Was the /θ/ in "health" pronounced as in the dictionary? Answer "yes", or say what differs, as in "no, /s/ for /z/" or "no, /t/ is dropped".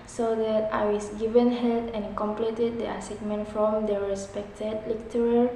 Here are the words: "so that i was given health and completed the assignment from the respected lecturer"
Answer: no, /t/ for /θ/